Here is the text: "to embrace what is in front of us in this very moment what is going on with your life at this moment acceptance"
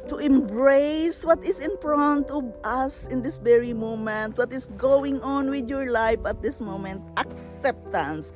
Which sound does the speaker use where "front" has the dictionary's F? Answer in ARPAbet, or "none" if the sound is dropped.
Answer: P